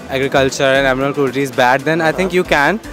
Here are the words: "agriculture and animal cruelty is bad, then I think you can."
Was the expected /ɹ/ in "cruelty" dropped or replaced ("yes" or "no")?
yes